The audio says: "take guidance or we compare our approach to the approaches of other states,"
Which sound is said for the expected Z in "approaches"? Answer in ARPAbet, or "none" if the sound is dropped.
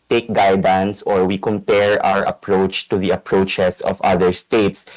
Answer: S